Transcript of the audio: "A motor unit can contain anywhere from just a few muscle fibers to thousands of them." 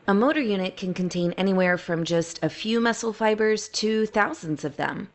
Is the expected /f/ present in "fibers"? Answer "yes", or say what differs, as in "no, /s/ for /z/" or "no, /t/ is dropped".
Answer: yes